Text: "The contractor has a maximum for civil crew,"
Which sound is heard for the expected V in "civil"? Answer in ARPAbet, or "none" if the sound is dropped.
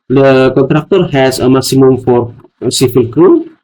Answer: F